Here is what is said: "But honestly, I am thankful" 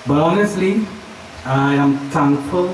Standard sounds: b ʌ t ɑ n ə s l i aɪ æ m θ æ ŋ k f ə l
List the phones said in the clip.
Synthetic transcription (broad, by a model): b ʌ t ɑ n ə s l i aɪ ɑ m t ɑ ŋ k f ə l